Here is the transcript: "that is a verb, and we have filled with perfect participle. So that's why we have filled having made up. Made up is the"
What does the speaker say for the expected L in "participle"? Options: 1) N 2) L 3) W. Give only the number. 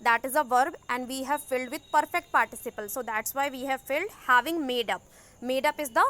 2